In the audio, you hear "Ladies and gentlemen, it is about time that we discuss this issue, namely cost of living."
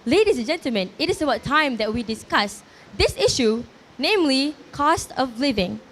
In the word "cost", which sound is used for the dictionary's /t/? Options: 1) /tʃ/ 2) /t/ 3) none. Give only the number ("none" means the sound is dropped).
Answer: 2